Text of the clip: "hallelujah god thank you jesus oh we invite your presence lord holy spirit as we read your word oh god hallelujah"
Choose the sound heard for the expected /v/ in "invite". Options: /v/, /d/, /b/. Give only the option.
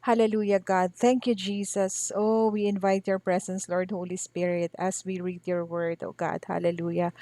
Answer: /v/